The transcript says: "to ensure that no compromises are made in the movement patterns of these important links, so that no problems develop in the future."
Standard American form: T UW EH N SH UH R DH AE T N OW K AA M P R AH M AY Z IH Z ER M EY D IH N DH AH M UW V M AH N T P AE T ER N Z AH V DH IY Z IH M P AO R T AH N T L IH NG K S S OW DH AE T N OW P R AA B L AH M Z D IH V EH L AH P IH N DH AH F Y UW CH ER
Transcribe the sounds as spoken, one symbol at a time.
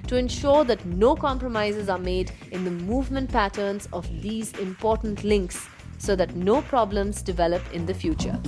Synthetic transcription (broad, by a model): T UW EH N SH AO R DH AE T N OW K AA M P R AH M AY Z IH Z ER M EY D IH N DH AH M UW V M AH N T P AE T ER N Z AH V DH IY Z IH M P AO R T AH N T L IH NG K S S OW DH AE T N OW P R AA B L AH M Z D IH V EH L AH P IH N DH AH F Y UW CH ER